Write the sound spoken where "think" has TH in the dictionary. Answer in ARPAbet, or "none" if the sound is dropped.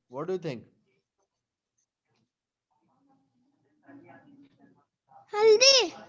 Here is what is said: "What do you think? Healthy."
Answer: T